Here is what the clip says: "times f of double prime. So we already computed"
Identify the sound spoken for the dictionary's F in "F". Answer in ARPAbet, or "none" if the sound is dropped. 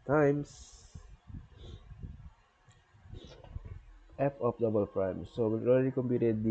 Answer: P